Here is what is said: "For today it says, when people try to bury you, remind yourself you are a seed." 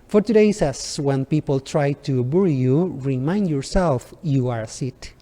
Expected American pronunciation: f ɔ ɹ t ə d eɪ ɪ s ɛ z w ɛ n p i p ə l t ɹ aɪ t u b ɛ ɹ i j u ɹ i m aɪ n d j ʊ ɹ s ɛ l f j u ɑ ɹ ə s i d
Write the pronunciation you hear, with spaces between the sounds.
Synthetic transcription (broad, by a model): f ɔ ɹ t ə d eɪ ɪ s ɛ s w ɛ n p i p ə l t ɹ aɪ t u b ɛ ɹ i j u ɹ i m aɪ n d j ʊ ɹ s ɛ l f j u ɑ ɹ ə s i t